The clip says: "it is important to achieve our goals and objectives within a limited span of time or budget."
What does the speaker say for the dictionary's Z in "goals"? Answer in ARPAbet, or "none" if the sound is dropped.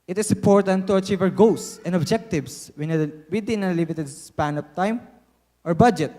S